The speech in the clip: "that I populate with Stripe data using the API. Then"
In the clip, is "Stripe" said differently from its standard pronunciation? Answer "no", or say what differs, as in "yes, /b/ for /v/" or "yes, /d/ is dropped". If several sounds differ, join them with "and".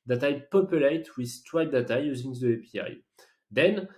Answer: yes, /w/ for /ɹ/